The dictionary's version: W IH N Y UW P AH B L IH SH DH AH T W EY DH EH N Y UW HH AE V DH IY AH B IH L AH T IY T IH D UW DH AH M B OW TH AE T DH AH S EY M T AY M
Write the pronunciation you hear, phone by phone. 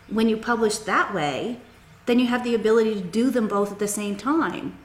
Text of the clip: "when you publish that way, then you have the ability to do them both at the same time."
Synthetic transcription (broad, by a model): W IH N Y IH P AH B L IH SH DH AH T W EY DH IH N Y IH V DH IY AH B IH L AH T IY T IH D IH DH AH M B OW TH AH T DH AH S EY M T AY M